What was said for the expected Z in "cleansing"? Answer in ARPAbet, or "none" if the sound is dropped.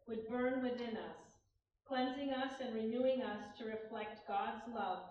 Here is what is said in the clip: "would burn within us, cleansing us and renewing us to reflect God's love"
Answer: Z